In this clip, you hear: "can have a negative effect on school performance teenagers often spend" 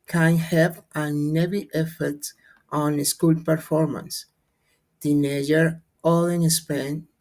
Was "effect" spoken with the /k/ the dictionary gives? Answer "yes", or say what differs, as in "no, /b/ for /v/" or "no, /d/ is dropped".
no, /k/ is dropped